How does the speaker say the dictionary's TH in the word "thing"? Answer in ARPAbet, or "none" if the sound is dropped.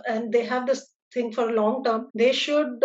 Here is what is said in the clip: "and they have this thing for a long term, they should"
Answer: T